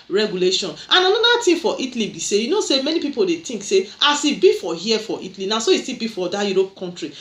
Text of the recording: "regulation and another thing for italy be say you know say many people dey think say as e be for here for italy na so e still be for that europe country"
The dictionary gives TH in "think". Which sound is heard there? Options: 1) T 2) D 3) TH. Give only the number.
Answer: 1